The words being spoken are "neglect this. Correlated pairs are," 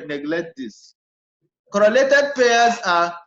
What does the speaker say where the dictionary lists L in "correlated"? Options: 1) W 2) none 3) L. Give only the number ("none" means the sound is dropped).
3